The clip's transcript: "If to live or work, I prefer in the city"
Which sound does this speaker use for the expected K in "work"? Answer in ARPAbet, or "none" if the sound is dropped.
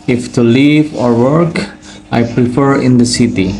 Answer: K